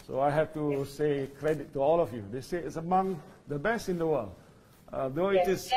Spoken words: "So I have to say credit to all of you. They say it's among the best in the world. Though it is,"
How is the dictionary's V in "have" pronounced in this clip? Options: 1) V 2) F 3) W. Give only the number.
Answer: 2